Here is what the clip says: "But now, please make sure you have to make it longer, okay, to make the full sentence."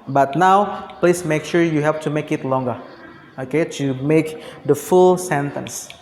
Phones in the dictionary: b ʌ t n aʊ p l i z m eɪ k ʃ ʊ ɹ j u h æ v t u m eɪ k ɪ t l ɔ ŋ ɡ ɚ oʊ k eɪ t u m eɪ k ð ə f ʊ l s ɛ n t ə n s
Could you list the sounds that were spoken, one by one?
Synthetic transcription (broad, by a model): b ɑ t n aʊ p l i s m eɪ k ʃ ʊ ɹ j u h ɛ f t u m eɪ k ɪ t l ɔ ŋ ɡ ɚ oʊ k eɪ t u m eɪ k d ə f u l s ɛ n t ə n s